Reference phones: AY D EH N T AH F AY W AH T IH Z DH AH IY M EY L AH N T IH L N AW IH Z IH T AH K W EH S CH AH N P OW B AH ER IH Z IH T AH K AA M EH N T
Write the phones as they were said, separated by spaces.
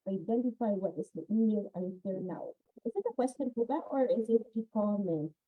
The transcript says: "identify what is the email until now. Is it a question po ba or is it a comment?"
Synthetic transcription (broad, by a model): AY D EH N T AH F AY W AH T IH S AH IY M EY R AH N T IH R N AW IH Z IH T AH K W EH S CH AH N F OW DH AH ER IH Z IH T AH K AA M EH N